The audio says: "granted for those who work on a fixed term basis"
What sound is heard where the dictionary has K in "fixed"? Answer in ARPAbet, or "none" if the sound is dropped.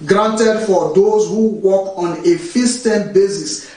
none